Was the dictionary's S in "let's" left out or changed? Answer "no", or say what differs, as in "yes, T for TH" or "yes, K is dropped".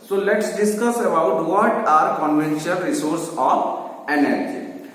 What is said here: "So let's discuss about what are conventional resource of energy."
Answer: no